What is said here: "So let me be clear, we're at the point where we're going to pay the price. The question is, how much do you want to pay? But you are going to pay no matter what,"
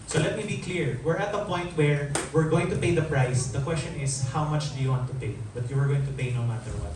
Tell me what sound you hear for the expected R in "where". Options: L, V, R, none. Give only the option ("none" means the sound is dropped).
R